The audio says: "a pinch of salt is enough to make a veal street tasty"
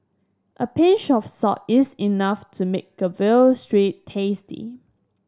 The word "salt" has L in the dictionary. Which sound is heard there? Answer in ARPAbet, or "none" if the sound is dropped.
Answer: none